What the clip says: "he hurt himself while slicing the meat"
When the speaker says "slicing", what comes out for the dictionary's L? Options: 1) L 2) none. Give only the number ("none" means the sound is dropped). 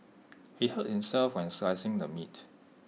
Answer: 2